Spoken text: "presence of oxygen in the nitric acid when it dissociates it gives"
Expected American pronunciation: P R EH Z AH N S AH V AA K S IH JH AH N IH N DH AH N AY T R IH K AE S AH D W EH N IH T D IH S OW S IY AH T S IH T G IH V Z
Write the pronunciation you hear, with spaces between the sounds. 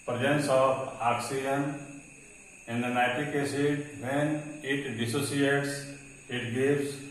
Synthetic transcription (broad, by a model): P R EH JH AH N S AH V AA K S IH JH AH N IH N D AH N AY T IH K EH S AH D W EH N IH T D IH S OW S IY AH T S IH T G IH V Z